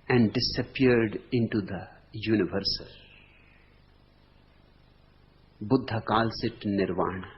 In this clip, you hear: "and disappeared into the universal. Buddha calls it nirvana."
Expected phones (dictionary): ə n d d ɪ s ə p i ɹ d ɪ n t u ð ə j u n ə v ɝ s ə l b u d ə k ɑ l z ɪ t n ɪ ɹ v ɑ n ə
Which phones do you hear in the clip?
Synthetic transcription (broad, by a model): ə n d d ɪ s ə p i ɹ d ɪ n t u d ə j u n ə v ɝ s ə l b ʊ d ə k ɑ l s ɪ t n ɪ ɹ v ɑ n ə